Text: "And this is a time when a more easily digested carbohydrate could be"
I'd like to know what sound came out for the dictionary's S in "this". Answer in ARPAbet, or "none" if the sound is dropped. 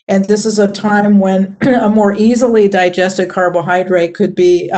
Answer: S